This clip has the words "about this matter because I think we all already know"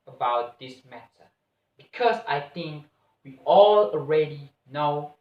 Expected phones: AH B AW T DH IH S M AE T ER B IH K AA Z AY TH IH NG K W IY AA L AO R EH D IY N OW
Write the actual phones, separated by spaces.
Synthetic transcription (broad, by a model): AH B AW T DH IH S M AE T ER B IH K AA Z AY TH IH NG K W IY AA L AO R EH D IY N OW